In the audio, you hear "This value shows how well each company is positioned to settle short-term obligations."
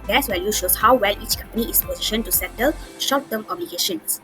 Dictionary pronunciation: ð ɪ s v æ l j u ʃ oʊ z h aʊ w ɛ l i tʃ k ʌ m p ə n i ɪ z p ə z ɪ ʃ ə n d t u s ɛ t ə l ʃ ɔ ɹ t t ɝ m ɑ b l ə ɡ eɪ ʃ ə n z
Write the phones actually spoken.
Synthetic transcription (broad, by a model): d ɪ s w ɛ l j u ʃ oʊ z h aʊ w ɛ l i tʃ k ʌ m p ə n i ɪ s p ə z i ʃ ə n t u s ɛ t ə l ʃ ɔ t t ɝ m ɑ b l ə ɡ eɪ ʃ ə n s